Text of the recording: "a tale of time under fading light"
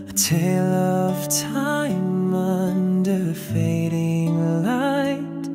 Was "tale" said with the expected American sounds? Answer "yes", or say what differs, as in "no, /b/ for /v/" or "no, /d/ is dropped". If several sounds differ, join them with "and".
yes